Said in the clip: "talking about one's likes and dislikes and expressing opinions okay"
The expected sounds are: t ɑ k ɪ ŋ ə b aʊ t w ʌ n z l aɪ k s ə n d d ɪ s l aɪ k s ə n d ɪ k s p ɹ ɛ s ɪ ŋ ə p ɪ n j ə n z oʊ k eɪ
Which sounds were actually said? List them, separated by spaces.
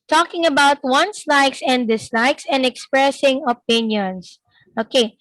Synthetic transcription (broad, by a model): t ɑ k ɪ ŋ ə b aʊ t w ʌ n s l aɪ k s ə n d d ɪ s l aɪ k s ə n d ɪ k s p ɹ ɛ s ɪ ŋ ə p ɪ n j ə n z oʊ k eɪ